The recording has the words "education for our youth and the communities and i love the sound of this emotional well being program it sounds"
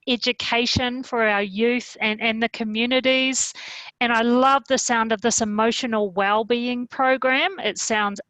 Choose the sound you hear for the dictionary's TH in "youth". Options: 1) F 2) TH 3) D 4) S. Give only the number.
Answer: 2